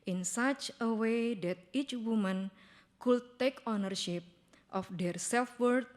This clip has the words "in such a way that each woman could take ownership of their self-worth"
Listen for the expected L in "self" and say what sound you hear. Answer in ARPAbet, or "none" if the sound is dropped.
L